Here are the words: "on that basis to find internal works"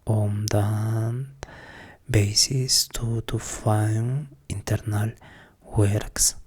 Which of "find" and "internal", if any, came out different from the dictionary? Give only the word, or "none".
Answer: find